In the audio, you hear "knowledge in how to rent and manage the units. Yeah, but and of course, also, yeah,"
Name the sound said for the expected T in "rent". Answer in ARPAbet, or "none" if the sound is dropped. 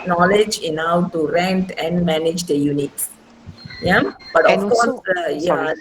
T